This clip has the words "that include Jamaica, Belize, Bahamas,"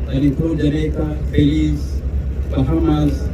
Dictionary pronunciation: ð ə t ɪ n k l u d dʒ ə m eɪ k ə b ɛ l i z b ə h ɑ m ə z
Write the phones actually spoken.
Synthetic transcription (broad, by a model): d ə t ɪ k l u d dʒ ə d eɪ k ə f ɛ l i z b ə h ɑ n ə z